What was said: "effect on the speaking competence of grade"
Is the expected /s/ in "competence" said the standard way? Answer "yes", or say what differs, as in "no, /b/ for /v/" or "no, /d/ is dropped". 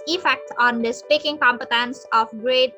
yes